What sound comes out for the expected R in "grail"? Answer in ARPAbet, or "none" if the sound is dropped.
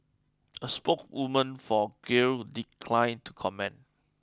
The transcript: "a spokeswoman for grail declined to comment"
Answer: none